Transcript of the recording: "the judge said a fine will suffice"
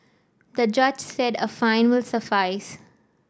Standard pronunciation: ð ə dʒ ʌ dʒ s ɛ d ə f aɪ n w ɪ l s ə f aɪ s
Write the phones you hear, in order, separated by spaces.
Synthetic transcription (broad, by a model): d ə dʒ ʌ dʒ s ɛ d ə f aɪ n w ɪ l s ə f aɪ s